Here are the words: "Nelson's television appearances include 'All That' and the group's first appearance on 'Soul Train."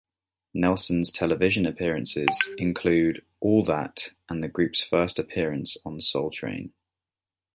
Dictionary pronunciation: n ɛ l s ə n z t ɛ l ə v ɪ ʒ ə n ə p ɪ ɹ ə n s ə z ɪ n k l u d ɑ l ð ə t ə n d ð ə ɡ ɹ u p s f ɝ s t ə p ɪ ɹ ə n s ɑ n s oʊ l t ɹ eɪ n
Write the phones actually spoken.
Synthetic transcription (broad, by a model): n ɛ l s ə n z t ɛ l ə v ɪ ʒ ə n ə p ɪ ɹ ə n s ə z ɪ n k l u d ɑ l ð ə t ə n ð ə ɡ ɹ u p s f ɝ s t ə p ɪ ɹ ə n s n s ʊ l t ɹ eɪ n